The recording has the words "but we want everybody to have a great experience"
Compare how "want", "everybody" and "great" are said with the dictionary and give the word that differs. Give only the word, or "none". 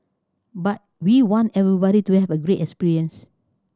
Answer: none